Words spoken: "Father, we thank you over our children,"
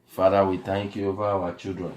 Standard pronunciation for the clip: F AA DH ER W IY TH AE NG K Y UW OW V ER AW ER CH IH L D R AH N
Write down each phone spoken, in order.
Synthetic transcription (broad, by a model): F AA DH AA W IY T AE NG K Y UW OW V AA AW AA CH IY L D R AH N